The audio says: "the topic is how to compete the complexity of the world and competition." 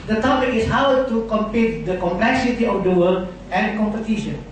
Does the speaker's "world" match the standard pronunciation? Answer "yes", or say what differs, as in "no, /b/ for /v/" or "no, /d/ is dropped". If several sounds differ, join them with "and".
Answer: no, /d/ is dropped